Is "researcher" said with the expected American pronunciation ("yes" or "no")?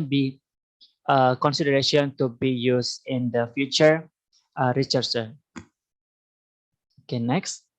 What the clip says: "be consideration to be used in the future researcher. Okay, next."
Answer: no